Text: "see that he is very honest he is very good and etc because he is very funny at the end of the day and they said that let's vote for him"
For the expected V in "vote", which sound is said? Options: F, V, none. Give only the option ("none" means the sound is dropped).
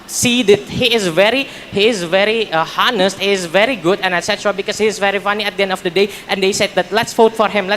F